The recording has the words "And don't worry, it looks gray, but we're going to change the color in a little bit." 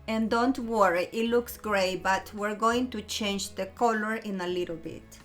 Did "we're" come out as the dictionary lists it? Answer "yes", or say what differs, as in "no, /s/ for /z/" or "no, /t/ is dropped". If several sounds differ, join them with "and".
yes